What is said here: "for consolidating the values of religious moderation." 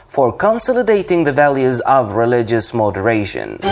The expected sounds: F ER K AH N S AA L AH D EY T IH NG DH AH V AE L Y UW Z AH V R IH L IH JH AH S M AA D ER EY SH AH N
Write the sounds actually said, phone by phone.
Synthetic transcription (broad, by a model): F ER K AH N S AA L AH D EY T IH NG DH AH V AE L Y UW Z AH V R IH L IH JH AH S M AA D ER EY SH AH N